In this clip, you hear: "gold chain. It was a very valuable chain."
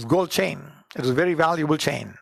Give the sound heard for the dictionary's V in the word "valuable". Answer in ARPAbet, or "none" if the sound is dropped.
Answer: V